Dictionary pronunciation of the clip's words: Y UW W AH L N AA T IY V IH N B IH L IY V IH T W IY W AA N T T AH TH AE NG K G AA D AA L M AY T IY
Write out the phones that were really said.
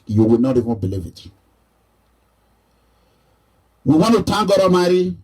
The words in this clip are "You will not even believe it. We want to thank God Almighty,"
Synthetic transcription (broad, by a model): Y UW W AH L N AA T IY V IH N B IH L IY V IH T W IY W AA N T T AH T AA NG G AA D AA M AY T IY